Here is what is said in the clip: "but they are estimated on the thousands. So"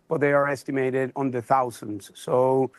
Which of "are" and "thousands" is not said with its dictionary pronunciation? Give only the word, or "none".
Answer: none